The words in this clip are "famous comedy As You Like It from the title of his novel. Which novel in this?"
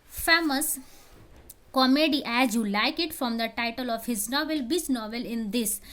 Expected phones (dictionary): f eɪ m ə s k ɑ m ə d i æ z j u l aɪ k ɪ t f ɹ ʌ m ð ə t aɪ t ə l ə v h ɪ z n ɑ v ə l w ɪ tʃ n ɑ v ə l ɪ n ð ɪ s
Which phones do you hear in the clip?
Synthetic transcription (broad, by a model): f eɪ m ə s k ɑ m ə d i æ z j u l aɪ k ɪ t f ɹ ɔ m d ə t aɪ t ə l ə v h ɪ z n ɑ v ə l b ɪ s n ɑ v ə l ɪ n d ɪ s